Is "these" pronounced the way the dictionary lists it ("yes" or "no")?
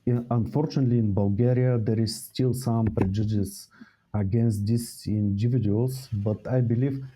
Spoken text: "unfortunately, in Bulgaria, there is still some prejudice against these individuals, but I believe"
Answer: no